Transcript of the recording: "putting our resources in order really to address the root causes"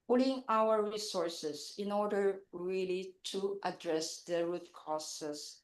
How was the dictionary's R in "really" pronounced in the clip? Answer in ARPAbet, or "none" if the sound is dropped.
R